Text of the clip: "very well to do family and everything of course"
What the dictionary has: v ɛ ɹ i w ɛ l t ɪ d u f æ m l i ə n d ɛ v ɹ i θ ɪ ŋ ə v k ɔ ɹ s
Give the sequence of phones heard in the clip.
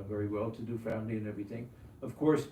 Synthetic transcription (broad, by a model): v ɛ ɹ i w ɛ l t ɪ d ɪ f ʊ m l i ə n ɛ v ɹ i θ ɪ ŋ ə v k ɔ ɹ s